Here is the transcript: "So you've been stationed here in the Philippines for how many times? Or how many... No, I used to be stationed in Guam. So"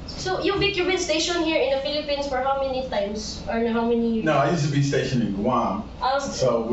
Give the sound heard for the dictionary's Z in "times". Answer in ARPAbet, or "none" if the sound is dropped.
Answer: S